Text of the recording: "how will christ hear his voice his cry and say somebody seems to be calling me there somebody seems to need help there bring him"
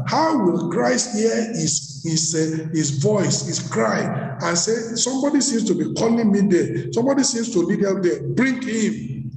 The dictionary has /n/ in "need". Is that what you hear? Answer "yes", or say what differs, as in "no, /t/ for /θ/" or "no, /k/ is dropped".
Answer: no, /l/ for /n/